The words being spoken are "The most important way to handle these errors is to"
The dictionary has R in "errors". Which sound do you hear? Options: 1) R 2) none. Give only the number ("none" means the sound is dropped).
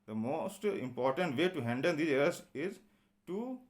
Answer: 2